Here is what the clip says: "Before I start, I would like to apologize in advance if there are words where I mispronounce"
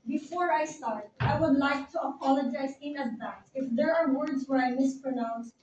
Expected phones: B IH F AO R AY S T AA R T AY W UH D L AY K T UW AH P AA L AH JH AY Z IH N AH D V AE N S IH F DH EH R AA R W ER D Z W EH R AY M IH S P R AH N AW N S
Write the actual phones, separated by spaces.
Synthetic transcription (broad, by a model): B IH F AO R AY S T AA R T AY W UH D L AY K T UW AH P AA L AH JH AY Z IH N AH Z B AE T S IH F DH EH R AA R W ER D Z W EH R AY M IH S P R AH N AW N S